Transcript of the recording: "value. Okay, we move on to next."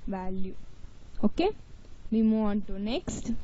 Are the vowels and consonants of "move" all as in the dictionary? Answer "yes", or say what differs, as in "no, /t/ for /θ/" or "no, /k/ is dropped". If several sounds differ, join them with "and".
no, /v/ is dropped